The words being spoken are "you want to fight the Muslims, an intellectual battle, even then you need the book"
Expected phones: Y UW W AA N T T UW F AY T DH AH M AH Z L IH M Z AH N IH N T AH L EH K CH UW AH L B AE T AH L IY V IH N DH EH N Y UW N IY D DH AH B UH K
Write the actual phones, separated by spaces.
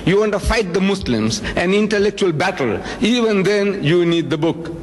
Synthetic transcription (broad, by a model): Y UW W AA N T T UW F AY T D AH M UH S L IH M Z AH N IH N T AH L EH K CH UW AH L B AE T AH L IY V IH N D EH N Y UW N IY D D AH B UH K